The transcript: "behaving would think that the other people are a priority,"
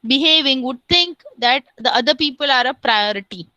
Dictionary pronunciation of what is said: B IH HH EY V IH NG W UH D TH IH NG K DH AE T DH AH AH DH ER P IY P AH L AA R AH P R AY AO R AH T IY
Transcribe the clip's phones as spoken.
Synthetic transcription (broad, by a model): B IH HH EY V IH NG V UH D T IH NG K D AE T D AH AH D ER P IY P AH L AA R AH P R AY AO R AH T IY